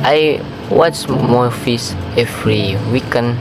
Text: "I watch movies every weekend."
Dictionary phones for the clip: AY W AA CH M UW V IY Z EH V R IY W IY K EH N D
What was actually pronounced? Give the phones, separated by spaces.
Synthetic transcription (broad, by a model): AY W AA CH M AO F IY S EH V R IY W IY K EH N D